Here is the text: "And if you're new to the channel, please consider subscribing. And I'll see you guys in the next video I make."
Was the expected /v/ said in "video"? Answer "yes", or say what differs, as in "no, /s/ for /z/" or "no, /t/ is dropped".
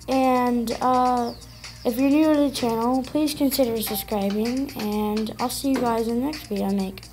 no, /w/ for /v/